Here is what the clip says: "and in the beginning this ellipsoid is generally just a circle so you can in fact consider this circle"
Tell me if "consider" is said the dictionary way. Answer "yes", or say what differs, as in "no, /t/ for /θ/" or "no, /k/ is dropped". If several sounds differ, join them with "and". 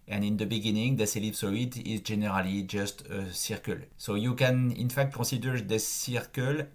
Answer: no, /n/ is dropped